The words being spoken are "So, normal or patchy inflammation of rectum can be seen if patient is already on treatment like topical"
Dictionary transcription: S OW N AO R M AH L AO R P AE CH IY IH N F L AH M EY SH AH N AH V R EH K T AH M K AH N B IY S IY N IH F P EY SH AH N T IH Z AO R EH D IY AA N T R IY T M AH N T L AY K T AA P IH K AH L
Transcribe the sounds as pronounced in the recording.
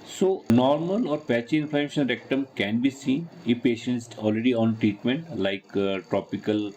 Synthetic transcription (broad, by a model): S OW N AO R M AH L AO R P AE CH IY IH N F AH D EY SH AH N R EH K T AH M K AH N B IY S IY N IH P EY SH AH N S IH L R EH D IY AA N T R IY T M AH N T L AY K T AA P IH K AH L